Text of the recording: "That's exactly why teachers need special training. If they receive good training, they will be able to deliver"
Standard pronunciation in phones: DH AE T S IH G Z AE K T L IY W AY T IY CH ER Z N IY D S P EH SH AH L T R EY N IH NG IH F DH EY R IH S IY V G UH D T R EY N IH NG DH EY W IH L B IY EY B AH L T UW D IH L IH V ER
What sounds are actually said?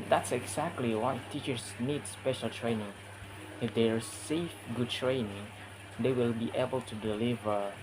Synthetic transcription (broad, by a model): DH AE T S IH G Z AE K T L IY W AY T IY CH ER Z N IY D S P EH SH AH L T R EY N IH NG IH F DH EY R S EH F G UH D T R EY N IH NG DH EY W IH L B IY EY B AH L T UW D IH L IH V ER